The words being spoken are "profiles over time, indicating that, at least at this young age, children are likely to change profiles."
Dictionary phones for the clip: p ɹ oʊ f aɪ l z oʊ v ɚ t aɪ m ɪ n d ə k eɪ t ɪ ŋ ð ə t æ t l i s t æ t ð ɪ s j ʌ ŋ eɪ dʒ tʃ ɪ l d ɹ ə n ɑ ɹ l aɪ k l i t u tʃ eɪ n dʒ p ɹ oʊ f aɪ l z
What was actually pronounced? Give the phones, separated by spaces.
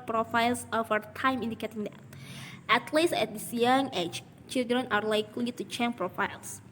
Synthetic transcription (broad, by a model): p ɹ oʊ f aɪ l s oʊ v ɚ t aɪ m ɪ n d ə k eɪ t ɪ ŋ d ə t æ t l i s æ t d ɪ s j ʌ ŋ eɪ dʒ tʃ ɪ l d ɹ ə n ɑ ɹ l aɪ k l i t u tʃ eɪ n p ɹ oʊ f aɪ l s